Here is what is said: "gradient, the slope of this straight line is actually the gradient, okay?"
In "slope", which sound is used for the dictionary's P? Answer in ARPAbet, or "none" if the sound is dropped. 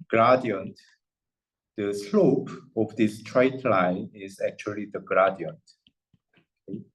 P